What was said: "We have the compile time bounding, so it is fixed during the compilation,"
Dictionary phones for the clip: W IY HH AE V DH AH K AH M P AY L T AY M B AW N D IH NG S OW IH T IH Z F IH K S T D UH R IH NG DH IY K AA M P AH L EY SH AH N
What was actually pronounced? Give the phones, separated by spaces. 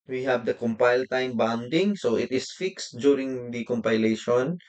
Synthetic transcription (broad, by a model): W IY HH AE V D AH K AH M P AY L T AY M B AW N D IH NG S OW IH T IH S F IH K S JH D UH R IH NG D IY K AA M P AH L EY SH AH N